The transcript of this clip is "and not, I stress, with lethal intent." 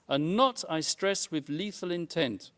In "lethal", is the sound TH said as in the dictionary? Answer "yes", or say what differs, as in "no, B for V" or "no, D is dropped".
yes